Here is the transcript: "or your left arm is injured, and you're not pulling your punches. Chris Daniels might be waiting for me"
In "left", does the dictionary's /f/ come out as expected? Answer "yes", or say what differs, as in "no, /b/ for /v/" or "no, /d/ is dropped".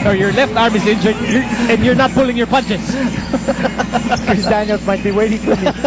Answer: yes